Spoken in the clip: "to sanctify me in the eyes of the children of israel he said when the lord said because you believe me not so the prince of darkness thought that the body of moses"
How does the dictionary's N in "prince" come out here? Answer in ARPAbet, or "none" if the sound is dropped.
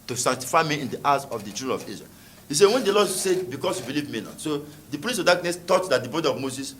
none